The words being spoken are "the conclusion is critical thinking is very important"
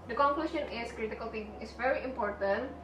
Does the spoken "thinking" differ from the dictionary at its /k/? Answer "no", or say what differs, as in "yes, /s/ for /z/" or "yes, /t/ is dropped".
yes, /k/ is dropped